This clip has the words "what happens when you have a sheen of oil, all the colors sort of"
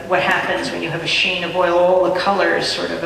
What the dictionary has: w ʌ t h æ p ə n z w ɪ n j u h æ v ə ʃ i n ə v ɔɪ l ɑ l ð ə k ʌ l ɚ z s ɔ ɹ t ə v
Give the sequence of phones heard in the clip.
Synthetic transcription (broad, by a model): w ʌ t h æ p ə n z w ɪ n j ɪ v ə ʃ i n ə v ɔɪ l ɑ l ð ə k ʌ l ɚ z s ɔ ɹ t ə v